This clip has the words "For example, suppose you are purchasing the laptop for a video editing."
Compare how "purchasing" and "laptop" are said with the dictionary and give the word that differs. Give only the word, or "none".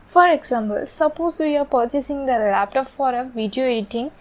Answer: none